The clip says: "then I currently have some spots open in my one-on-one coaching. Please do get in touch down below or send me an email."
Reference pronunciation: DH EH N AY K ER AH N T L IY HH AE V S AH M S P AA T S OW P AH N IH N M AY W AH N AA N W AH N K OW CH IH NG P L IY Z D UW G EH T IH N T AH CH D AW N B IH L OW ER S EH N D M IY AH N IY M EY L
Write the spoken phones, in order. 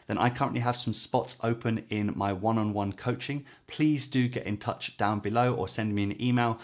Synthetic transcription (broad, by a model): DH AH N AY K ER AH N T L IY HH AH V S AH M S P AA T S OW P AH N IH N M AY W AH N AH N W AH N K OW CH IH NG P L IY Z D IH G EH T IH N T AH CH D AW N B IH L OW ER S EH N D M IY AH N IY M EY L